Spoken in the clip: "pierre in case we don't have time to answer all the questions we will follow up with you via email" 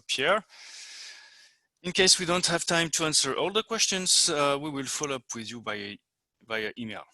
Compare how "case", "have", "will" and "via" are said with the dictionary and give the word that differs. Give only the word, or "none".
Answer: via